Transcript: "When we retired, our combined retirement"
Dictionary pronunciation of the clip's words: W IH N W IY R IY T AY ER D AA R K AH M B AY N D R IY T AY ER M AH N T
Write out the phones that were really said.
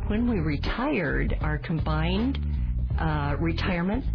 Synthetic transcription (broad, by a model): W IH N W IY R IY T AY ER D AA R K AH M B AY N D R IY T AY ER M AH N T